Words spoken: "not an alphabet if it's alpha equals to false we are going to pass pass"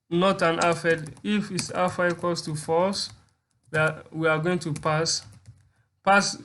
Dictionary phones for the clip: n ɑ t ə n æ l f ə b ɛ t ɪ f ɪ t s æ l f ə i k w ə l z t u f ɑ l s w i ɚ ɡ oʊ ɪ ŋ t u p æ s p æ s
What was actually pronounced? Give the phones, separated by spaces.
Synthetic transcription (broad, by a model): n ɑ t ə n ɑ f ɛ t ɪ f ɪ t s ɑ f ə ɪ k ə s t u f ɑ s w i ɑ ɡ oʊ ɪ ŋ t u p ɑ s p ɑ s